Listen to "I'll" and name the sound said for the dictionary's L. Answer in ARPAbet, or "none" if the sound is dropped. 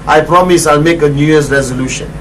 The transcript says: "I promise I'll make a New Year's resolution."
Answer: L